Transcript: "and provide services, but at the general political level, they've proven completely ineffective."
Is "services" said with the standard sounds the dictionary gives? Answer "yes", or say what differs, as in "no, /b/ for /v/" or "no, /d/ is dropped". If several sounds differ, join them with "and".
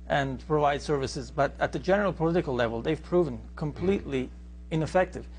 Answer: yes